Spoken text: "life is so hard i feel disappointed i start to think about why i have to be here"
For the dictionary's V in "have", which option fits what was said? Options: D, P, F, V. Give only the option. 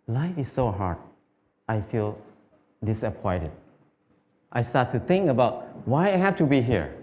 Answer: F